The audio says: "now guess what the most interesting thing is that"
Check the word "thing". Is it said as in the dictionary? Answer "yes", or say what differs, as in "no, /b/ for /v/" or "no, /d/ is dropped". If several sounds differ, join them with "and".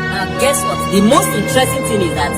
no, /t/ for /θ/